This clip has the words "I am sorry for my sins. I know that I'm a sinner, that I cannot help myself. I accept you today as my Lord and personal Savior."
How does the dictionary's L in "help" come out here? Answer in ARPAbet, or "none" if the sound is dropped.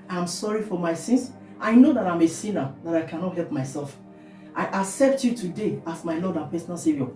L